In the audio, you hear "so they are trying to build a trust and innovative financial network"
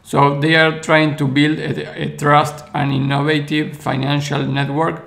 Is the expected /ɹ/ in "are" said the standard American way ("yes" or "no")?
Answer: yes